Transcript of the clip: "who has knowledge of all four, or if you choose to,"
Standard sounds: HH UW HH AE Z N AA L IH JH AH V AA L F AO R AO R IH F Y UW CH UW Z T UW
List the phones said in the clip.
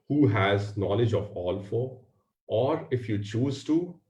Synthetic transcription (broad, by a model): HH UW HH AE Z N AA L IH JH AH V AA L F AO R AO R IH F Y UW CH UW Z T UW